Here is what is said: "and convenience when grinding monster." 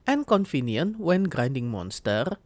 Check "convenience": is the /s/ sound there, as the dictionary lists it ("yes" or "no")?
no